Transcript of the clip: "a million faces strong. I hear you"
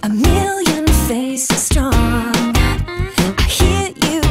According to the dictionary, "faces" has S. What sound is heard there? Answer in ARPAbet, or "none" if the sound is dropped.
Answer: none